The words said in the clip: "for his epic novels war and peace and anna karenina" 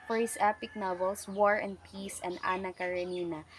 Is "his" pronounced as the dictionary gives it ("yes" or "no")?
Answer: no